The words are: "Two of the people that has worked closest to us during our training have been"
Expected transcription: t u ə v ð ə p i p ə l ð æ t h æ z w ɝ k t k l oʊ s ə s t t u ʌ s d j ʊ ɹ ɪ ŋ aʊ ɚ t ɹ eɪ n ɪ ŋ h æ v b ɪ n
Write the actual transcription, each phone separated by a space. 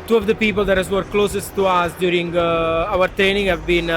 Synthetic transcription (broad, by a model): t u ə v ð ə p i p ə l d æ t h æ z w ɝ t k l oʊ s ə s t t u ʌ s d j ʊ ɹ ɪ ŋ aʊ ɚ t ɹ eɪ n ɪ ŋ h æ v b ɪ n